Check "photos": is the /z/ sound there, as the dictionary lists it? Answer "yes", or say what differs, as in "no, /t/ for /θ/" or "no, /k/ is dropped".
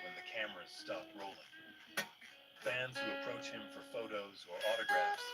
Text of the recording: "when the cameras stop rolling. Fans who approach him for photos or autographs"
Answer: yes